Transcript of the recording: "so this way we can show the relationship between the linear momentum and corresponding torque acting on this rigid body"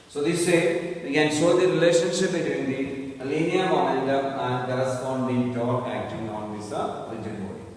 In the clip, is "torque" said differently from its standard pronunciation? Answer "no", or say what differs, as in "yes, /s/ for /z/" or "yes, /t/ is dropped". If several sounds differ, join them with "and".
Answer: yes, /k/ is dropped